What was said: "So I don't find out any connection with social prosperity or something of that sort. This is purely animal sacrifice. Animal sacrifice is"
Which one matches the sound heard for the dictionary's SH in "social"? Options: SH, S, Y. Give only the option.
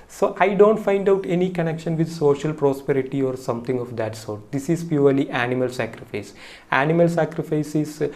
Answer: SH